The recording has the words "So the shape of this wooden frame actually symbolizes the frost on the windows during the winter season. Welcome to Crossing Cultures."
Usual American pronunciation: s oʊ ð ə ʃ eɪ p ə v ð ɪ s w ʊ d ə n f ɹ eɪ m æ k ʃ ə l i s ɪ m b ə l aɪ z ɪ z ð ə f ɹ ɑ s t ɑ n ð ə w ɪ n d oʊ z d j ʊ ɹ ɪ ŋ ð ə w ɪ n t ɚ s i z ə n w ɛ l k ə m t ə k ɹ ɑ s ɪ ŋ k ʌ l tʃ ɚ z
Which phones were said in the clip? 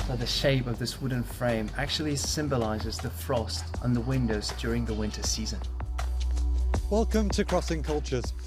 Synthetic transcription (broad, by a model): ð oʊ ð ə ʃ eɪ p ə v ð ɪ s w ʊ d n f ɹ eɪ m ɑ k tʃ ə l i s ɪ m b ə l aɪ z ɪ z ð ə f ɹ ɑ s t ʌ n ð ə w ɪ n d oʊ z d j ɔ ɹ ɪ ŋ ð ə w ɪ n t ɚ s i z ə n w ɛ l k ə m t ə k ɹ ɑ s ɪ ŋ k ʌ l tʃ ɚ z